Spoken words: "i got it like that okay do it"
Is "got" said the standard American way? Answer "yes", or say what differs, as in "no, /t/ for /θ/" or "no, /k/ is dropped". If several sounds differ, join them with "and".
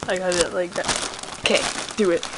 no, /t/ is dropped